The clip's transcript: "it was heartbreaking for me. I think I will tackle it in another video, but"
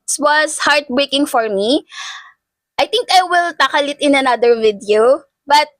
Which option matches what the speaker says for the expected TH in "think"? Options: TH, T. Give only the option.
T